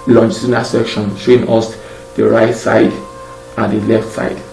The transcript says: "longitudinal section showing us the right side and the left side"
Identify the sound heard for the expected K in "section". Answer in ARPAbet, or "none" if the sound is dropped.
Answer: K